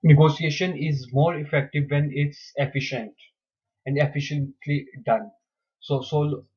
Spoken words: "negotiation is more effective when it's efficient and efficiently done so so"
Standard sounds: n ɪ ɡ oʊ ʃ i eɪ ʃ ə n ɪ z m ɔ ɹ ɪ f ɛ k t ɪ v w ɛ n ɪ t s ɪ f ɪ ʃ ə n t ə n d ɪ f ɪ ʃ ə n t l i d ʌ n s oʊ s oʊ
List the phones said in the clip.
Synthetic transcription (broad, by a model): n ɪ ɡ oʊ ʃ i eɪ ʃ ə n ɪ z m ɔ ɹ ɪ f ɛ k t ɪ v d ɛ n ɪ t s ɪ f ɪ ʃ ə n t ə n d ɪ f ɪ ʃ ə n t l i d ʌ n s oʊ s oʊ